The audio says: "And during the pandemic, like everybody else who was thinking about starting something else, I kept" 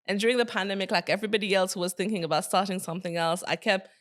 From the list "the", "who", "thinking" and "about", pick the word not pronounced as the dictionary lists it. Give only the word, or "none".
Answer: none